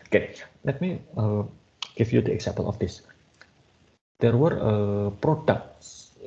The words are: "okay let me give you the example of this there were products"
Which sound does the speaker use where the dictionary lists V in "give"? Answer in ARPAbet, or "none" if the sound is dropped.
F